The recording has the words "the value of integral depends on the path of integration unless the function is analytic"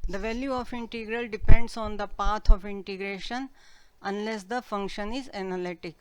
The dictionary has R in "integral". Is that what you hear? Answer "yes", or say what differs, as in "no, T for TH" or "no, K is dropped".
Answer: yes